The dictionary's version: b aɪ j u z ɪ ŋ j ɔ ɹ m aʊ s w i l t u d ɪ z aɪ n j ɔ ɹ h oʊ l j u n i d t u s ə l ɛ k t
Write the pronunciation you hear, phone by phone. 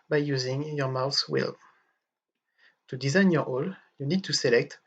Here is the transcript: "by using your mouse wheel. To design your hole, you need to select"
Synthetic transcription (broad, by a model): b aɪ j u z ɪ ŋ j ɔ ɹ m aʊ θ w i l t u d ɪ z aɪ n j ɔ ɹ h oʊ l j u n i d t u s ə l ɛ k t